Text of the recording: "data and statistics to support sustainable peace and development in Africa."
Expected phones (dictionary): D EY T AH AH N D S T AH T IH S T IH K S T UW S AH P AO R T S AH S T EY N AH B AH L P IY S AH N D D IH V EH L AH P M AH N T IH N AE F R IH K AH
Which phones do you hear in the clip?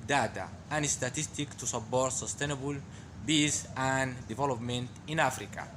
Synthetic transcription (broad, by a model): D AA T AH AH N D S T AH T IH S T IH K T UW S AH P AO R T S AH S T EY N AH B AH L B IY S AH N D D IH V EH L AH P M AH N T IH N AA F R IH K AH